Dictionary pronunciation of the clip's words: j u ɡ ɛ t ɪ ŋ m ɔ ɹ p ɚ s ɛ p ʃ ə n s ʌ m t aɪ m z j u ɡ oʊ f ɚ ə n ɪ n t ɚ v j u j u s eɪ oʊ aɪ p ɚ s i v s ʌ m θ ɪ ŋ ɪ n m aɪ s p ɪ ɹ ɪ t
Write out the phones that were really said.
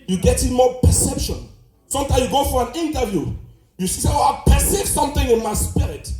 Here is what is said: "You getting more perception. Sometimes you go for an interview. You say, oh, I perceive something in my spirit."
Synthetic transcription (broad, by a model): j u ɡ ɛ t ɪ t m ɔ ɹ p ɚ s ɛ p ʃ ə n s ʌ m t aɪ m j u ɡ oʊ f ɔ ə n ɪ n t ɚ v j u j u s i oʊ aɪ p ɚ s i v s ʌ m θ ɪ ŋ ɪ n m aɪ s p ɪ ɹ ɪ t